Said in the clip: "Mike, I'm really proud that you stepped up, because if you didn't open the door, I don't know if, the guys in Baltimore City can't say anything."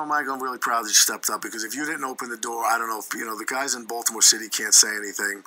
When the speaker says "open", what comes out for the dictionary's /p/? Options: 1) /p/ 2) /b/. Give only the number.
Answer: 1